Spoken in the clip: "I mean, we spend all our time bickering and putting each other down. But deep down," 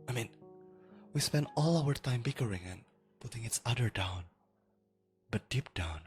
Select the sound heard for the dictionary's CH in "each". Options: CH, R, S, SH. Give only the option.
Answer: S